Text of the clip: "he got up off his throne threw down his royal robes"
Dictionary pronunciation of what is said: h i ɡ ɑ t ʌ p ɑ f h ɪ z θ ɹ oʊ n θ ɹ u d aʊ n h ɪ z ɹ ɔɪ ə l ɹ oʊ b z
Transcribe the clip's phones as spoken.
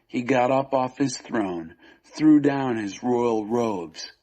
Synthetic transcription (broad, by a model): h i ɡ ɑ t ʌ p ɑ f h ɪ z θ ɹ oʊ n θ ɹ u d aʊ n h ɪ z ɹ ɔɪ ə l ɹ oʊ b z